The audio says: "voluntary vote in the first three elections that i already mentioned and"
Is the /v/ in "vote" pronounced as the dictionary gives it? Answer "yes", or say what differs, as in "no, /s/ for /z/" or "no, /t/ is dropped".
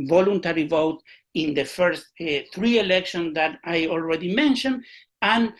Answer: yes